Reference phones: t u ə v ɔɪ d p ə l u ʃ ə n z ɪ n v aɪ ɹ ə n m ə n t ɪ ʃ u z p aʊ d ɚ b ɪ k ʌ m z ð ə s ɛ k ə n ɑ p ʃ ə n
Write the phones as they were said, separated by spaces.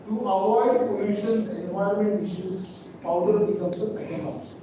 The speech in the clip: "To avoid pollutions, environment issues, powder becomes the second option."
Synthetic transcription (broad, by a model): t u ə v ɔɪ d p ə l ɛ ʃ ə n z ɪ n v aɪ ə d m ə n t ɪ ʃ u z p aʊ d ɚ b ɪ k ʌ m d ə s ɛ k ə n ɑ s